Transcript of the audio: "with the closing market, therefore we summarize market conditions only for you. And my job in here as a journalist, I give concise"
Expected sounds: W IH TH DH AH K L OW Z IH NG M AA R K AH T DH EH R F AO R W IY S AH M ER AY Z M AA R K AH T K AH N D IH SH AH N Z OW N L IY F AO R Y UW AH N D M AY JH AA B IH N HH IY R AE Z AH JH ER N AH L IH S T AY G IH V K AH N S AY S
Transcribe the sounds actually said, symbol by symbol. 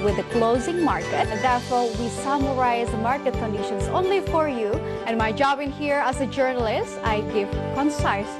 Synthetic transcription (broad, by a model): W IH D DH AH K L OW Z IH NG M AA R K AH T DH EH R F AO R W IY S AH M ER AY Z M AA R K AH T K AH N D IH SH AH N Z OW N L IY F AO R Y UW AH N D M AY JH AA B IH N HH IY R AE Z AH JH ER N AH L IH S T AY G IH V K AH N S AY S